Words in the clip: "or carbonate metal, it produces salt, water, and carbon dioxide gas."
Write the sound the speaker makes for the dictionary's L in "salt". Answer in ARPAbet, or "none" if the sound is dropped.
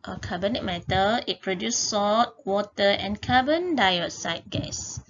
none